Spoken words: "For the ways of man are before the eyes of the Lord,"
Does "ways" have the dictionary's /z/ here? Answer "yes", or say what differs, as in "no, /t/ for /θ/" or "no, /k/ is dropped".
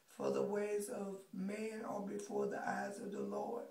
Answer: yes